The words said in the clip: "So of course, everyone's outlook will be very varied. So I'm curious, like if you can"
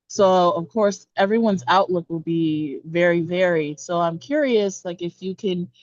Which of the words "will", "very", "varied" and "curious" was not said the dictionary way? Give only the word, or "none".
none